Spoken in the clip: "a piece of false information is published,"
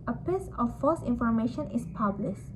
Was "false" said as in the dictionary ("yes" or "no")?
no